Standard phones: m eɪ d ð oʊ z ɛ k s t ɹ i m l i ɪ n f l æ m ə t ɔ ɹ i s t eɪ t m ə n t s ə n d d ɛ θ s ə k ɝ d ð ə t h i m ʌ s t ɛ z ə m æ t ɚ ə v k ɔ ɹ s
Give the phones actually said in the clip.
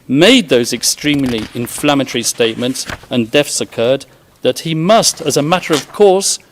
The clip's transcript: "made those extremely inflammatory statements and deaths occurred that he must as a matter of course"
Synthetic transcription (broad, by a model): m eɪ d ð oʊ z ɛ k s t ɹ i m l i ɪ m f l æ m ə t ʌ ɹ i s t eɪ t m ə n t s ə n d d ɛ f s ə k ɝ d ð ə t h i m ʌ s t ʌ z ə m æ t ɚ ə v k ɔ ɹ s